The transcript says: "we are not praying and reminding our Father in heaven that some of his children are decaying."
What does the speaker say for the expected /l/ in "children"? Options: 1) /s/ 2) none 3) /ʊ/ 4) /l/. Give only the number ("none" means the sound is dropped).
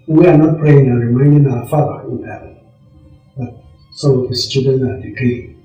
2